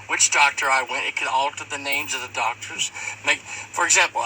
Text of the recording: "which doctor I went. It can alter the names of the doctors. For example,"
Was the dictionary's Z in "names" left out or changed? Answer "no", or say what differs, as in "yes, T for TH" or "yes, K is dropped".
no